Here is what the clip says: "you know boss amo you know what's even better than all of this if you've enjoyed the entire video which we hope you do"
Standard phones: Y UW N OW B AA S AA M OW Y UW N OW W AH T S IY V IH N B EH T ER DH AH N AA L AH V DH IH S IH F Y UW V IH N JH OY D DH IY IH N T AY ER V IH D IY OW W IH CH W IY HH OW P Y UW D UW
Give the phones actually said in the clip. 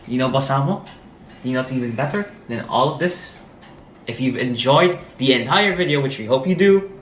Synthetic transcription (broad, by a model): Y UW N OW B AA S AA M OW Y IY N OW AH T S IY V IH N B EH T ER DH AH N AA L AH V DH IH S IH F Y UW V IH N JH OY D DH IY IH N T AY ER V IH D IY OW W IH CH W IY HH OW P Y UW D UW